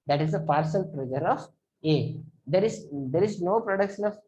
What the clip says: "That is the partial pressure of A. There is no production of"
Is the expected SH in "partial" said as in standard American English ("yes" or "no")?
no